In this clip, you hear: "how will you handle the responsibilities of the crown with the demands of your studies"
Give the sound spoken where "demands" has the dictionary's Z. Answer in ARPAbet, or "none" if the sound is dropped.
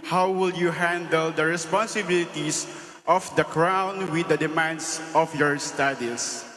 S